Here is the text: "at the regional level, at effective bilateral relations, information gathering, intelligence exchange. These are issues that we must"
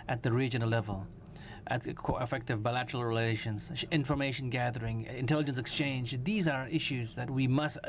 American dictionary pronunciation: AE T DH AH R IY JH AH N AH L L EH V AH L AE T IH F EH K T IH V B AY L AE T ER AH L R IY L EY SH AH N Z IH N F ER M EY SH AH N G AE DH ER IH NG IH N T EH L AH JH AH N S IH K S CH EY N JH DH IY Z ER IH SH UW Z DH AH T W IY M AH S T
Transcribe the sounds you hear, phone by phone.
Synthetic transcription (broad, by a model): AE T DH AH R IY JH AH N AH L L EH V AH L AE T IH F EH K T IH V B AY L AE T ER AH L R IY L EY SH AH N Z IH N F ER M EY SH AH N G AE DH ER IH NG IH N T EH L AH JH AH N S IH K S CH EY N JH DH IY Z ER IH SH UW Z DH AH T W IY M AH S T